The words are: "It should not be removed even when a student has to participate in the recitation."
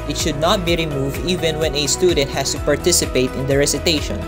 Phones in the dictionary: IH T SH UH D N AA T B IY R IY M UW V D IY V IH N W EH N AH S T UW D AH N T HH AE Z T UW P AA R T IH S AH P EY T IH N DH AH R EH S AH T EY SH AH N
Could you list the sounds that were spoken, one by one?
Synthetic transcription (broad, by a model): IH T SH UH D N AA T B IY R IY M UW V D IY V IH N W EH N AH S T UW D AH N T HH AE S T UW P AA R T IH S AH P EY T IH N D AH R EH S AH T EY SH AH N